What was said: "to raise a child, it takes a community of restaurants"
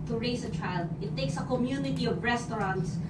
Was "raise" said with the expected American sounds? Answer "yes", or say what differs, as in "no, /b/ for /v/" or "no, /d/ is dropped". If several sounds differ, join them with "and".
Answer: no, /s/ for /z/